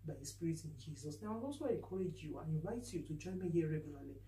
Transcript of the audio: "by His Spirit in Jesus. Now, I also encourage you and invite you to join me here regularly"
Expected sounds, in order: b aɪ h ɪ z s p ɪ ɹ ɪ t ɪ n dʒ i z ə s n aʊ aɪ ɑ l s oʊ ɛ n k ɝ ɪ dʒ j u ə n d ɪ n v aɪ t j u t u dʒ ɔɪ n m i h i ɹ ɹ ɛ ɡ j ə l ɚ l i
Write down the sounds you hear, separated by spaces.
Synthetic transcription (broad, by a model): b aɪ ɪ s p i ɹ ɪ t ɪ n dʒ i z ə s n aʊ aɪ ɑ s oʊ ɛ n k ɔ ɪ dʒ j u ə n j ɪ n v aɪ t j u t u dʒ ɔɪ n m i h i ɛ ɹ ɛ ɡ j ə l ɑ l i